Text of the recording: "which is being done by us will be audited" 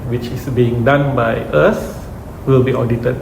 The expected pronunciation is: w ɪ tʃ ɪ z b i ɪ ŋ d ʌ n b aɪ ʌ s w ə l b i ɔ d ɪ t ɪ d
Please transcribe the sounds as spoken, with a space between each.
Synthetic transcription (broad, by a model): w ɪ tʃ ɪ s b i ɪ ŋ d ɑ n b aɪ ʌ s w ə l b i ɔ d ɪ t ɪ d